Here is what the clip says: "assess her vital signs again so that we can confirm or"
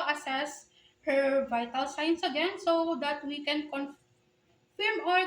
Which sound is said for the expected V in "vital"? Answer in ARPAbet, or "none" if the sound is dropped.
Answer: V